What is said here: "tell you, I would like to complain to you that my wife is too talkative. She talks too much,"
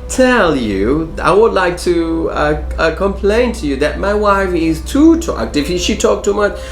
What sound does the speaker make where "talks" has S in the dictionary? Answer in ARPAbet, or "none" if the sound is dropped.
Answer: none